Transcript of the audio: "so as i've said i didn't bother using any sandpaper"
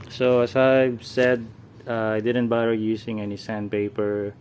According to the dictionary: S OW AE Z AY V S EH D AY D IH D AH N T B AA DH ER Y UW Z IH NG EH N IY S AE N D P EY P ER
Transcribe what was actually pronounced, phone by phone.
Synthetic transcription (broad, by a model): S OW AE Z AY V S EH D AY D IH D AH N T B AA ER Y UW S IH NG EH N IY S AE N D P EY P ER